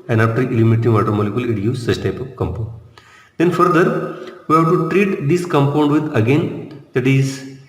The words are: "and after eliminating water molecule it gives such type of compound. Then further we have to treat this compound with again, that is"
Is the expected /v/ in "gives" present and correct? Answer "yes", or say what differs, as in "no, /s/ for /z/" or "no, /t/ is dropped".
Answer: no, /v/ is dropped